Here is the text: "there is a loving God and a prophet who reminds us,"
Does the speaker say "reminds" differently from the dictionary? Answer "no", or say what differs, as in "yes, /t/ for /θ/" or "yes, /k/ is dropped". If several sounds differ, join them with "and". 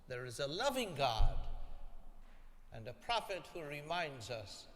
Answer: no